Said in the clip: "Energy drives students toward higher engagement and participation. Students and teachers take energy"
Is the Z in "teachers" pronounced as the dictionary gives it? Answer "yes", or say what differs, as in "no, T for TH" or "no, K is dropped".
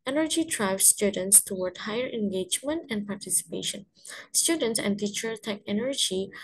no, Z is dropped